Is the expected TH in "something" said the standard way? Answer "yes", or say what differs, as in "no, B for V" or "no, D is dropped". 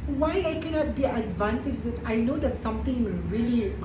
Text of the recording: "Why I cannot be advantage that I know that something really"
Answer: no, T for TH